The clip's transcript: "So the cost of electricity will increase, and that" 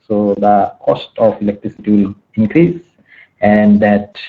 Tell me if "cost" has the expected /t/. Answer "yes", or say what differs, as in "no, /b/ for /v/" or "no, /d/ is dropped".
yes